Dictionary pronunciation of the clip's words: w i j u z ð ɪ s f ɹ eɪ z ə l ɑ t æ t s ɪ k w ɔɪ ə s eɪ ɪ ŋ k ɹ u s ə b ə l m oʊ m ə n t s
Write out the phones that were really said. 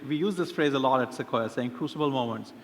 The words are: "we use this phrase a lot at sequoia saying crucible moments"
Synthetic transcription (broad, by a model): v i j u z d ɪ s f ɹ eɪ z ə l ɑ t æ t s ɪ k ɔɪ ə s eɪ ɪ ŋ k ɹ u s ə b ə l m oʊ m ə n t s